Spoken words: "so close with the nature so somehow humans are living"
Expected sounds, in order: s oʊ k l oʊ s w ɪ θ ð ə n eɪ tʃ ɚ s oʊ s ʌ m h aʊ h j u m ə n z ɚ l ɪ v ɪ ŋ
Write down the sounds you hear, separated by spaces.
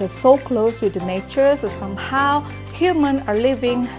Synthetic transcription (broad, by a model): s oʊ k l oʊ s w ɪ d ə n eɪ tʃ ɚ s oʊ s ʌ m h aʊ h j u m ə n ɚ l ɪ v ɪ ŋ